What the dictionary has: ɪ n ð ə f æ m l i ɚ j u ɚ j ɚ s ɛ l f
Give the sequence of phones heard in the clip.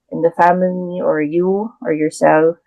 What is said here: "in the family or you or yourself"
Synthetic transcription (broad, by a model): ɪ n ð ə f æ m l i ɚ j u ɚ j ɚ s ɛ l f